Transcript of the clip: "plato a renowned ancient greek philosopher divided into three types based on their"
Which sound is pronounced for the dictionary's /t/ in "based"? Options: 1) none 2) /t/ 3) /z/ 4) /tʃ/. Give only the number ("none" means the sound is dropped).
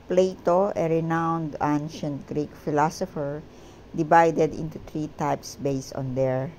1